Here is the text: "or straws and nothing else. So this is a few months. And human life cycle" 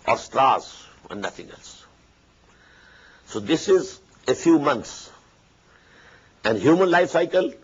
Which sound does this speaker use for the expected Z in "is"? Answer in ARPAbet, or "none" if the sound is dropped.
Z